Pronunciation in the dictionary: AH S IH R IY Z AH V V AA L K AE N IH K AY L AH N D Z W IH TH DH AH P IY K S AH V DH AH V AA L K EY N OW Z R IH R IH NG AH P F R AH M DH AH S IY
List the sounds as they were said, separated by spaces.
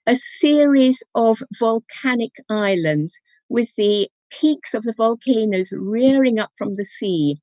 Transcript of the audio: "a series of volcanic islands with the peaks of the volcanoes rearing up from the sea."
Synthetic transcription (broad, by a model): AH S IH R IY Z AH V V AA L K AE N IH K AY L AH N D Z W IH DH AH P IY K S AH V DH AH V AA L K EY N OW Z R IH R IH NG AH P F R AH M DH AH S IY